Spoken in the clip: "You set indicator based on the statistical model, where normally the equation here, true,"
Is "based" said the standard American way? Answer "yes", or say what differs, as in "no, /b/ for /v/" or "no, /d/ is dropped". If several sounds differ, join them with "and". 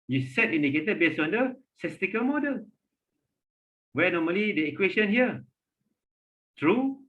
no, /t/ is dropped